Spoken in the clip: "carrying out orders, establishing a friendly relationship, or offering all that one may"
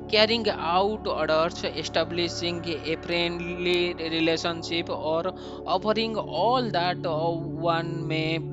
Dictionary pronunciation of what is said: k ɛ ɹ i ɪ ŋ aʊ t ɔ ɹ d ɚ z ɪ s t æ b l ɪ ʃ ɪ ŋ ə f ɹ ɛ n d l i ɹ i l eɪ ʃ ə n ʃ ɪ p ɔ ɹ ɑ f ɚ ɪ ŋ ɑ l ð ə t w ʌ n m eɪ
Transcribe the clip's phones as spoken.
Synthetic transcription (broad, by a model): k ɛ ɹ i ŋ aʊ t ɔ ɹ d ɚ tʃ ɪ s t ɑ b l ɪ s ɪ ŋ ə p ɹ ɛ n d l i ɹ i l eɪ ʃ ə n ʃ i p ɔ ɹ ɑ p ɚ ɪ ŋ ɑ l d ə t w ʌ n m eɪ